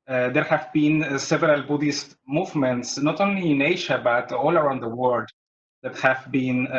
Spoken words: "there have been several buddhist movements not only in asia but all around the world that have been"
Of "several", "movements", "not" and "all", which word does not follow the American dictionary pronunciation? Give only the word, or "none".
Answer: none